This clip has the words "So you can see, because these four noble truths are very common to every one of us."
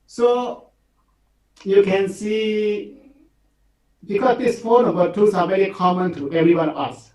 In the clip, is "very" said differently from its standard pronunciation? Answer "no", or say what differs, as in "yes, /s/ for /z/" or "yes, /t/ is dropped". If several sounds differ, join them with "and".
no